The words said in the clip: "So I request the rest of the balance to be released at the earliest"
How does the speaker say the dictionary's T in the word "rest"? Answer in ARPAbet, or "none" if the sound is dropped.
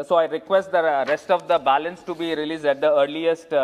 T